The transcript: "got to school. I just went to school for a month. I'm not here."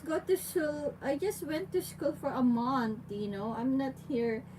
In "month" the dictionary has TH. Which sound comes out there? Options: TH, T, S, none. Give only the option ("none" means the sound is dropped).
T